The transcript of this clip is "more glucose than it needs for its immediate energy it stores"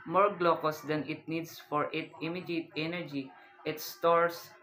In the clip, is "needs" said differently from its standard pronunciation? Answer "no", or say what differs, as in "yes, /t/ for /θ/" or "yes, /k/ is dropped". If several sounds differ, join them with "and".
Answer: yes, /s/ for /z/